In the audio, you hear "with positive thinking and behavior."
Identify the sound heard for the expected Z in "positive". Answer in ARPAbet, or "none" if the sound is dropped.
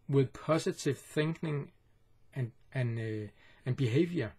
S